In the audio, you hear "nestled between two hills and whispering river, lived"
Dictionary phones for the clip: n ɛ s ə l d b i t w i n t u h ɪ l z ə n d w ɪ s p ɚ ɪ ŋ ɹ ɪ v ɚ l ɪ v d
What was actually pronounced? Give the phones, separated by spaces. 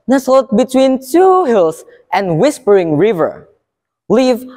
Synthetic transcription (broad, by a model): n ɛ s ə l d b i t w i n t u h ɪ l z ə n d w ɪ s p ɚ ɪ ŋ ɹ ɪ v ɚ l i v